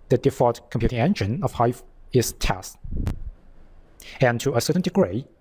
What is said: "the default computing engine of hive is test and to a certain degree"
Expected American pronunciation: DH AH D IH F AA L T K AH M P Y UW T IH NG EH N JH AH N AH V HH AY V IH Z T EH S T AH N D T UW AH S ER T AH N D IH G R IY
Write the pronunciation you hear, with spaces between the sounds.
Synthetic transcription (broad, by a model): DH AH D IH F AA T K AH M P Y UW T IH NG EH N JH AH N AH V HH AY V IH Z T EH S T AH N T UW AH S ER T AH N D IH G R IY